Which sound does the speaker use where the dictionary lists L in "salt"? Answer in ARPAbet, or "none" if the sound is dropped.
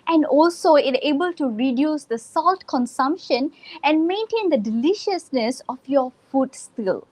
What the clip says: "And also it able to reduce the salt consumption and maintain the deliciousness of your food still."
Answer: L